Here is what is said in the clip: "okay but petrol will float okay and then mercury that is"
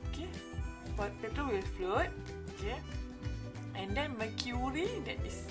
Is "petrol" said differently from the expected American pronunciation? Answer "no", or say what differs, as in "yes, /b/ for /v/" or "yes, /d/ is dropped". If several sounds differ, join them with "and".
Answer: yes, /ɹ/ is dropped